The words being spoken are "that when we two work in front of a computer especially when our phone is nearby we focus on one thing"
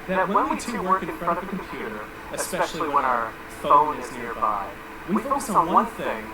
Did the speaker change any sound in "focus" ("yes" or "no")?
yes